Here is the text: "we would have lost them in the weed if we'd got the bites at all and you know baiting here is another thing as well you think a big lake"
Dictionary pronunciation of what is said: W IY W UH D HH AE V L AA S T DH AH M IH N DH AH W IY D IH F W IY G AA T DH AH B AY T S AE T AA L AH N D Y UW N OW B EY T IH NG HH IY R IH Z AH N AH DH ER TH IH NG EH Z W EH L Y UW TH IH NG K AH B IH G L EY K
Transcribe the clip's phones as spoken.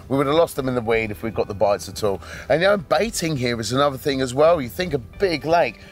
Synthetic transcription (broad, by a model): W IY W UH D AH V L AA S T DH AH M IH N DH AH W IY D IH F W IY G AA T DH AH B AY T S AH T AA L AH N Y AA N B EY T IH NG HH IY R IH Z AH N AH DH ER TH IH NG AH Z W EH L Y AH TH IH NG K AH B IH G L EY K